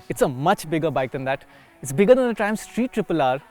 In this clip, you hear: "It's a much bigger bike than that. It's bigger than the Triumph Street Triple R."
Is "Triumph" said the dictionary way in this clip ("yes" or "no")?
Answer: no